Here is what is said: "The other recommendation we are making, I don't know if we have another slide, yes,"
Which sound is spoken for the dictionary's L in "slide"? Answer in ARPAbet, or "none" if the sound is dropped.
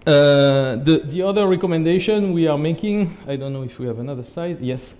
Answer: none